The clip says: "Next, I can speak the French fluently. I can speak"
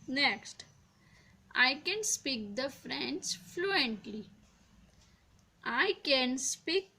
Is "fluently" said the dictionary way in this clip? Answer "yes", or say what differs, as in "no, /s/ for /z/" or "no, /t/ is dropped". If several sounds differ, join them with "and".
yes